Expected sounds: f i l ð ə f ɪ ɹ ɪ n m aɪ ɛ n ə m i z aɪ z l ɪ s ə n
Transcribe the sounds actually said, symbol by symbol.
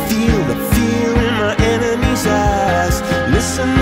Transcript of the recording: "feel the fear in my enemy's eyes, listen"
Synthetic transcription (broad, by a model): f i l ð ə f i l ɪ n m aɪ ɛ n ə m i z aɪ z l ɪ s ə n